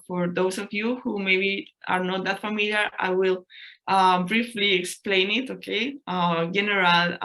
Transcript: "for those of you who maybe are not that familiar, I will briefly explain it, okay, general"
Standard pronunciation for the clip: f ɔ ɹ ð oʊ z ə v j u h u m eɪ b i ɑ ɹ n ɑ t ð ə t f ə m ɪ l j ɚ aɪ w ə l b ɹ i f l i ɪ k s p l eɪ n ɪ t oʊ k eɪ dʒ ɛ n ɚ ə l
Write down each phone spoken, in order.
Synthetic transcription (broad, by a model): f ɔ ɹ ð oʊ s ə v j u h u m eɪ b i ɑ ɹ n ɑ t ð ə t f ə m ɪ l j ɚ aɪ w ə l b ɹ i f l i ɪ k s p l eɪ n ɪ t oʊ k eɪ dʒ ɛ n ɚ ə l